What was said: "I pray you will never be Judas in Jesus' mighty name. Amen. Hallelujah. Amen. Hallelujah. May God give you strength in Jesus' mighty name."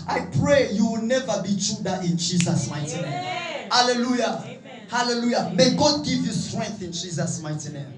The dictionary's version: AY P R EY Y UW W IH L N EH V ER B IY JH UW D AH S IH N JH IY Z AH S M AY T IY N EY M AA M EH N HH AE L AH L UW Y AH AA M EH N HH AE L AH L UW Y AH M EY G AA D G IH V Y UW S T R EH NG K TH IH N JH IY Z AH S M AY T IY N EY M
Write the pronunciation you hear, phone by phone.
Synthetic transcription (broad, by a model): AY P R EY Y UW W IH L N EH V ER B IY CH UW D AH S IH N JH IY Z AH S M AY T IY N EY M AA M HH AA L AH L UW Y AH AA HH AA L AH L UW Y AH M EY G AA D G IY V Y UW S T R EH NG K TH IH N JH IY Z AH S M AY T IY N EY M